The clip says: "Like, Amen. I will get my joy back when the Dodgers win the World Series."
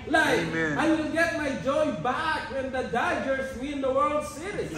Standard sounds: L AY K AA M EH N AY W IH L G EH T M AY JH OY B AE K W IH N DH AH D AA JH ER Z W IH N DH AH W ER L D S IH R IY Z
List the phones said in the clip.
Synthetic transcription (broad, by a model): L AY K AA IH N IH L G EH T M AY JH OY B AE K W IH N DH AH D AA JH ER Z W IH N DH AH W ER L D S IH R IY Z